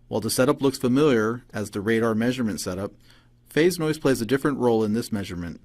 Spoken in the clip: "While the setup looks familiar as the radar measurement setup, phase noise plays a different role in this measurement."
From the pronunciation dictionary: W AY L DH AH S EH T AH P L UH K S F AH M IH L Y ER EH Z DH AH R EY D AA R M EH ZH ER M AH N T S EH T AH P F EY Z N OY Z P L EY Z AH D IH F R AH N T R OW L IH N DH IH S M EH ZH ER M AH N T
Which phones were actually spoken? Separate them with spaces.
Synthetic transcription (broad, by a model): W AY L DH AH S EH T AH P L UH K S F AH M IH L Y ER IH Z DH AH R EY D AA R M EH ZH ER M AH N T S EH T AH P F EY Z N OY Z P L EY Z AH D IH F R AH N T R OW L IH N DH IH S M EH ZH ER M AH N T